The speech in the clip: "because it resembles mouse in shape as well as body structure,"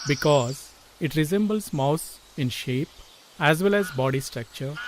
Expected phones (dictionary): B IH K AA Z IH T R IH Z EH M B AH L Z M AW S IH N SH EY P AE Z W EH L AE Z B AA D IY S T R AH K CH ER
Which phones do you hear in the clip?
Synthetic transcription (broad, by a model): B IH K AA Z IH T R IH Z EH M B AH L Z M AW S IH N SH EY P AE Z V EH L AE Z B AA D IY S T R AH K CH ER